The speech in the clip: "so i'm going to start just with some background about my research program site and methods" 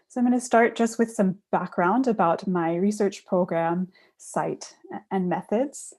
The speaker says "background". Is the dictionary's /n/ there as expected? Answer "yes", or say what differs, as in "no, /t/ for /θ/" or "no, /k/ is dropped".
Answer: yes